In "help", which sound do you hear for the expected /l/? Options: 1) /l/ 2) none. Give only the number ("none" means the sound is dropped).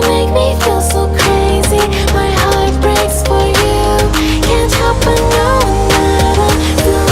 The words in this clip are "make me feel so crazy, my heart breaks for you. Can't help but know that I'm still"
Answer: 2